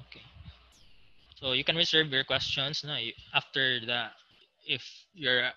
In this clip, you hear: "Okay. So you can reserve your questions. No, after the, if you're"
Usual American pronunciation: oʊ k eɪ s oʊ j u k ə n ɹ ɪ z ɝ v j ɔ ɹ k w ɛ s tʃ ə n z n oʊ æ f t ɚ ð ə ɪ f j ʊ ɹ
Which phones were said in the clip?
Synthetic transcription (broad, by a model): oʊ k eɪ s oʊ j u k ə n ɹ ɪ s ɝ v j ɔ ɹ k w ɛ s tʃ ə n s n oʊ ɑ f t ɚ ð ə ɪ f j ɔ ɹ